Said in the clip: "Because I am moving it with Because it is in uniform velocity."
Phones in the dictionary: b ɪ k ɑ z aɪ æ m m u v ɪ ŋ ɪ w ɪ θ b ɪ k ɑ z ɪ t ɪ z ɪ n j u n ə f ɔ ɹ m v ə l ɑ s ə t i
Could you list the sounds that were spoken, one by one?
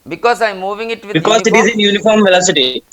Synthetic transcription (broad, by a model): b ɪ k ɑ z aɪ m m u v ɪ ŋ ɪ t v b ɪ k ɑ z ɪ t ɪ z ɪ n j u n ə f ɔ ɹ m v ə l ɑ s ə t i